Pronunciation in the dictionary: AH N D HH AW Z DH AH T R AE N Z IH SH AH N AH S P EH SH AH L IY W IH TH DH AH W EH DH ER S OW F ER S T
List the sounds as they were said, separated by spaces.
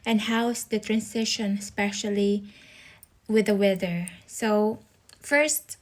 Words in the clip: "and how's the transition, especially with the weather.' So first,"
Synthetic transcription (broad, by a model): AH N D HH AW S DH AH T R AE N S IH SH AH N S P EH SH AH L IY W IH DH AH W EH DH ER S OW F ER S T